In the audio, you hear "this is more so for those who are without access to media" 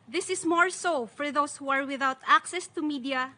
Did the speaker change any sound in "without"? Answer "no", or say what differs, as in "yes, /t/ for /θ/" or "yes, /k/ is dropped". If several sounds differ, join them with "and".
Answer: no